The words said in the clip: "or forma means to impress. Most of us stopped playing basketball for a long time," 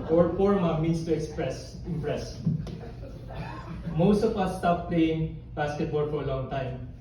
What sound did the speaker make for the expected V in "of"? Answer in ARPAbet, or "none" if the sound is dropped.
P